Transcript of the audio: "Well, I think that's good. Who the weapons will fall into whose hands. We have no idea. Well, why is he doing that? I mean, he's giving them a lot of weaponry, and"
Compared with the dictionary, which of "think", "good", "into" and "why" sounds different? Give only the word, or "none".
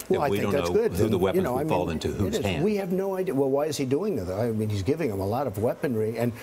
think